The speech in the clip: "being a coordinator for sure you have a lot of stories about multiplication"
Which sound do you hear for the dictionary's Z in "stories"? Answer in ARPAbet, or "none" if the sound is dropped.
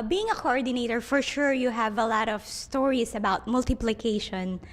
S